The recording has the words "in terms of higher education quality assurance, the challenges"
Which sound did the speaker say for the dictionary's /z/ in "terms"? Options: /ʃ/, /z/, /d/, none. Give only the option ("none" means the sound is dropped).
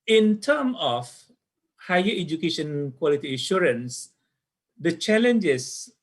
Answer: none